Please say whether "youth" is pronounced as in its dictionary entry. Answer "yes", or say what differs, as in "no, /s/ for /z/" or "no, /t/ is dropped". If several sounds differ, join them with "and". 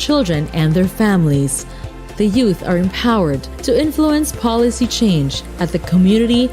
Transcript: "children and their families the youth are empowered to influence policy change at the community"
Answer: yes